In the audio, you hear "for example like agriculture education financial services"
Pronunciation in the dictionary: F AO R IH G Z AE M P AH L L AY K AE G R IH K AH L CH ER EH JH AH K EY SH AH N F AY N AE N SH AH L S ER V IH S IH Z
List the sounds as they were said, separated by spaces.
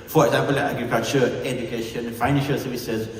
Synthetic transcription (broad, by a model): F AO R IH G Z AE M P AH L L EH AA G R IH K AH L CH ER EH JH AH K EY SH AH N F AY N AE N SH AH S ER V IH S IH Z